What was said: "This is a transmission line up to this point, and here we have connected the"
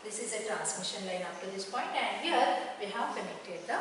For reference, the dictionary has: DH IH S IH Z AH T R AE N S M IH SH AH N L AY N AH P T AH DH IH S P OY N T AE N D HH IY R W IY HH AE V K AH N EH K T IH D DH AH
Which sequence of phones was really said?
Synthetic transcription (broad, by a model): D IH S IH Z AH T R AE N S M IH SH AH N L AY N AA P T AH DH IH S P OY N T AE N D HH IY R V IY HH AE V K AH N EH K T IH D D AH